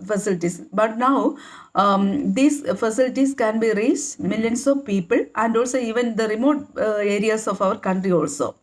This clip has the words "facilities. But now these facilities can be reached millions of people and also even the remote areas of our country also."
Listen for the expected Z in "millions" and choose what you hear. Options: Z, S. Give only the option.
S